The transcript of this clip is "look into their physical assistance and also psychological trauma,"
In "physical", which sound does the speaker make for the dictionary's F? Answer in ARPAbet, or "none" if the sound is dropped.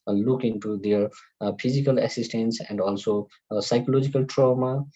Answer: P